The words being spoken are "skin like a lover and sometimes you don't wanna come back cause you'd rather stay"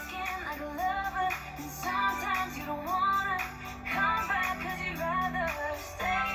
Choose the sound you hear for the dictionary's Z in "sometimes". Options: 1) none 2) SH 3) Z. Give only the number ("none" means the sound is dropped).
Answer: 3